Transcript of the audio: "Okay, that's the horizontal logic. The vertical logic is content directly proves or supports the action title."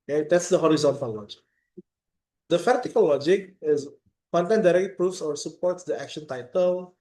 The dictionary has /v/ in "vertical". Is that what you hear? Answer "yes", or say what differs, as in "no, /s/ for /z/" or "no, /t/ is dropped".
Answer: no, /f/ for /v/